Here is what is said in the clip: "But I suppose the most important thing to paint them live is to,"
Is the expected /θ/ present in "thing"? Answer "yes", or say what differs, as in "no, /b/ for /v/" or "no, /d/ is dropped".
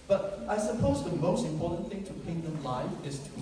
yes